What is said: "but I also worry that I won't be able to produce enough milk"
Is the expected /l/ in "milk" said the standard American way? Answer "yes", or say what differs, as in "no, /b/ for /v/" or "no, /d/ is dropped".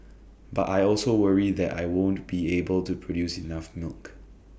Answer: yes